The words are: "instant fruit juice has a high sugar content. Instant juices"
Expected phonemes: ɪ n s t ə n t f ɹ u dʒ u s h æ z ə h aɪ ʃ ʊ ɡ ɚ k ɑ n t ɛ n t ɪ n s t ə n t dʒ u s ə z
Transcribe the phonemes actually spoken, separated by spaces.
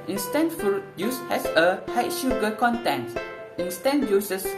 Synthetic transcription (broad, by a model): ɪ n s t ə n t f u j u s h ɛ s ə h aɪ ʃ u ɡ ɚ k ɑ n t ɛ n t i n s t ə n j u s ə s